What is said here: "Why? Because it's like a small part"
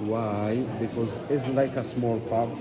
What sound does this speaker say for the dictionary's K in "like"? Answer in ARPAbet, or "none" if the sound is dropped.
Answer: K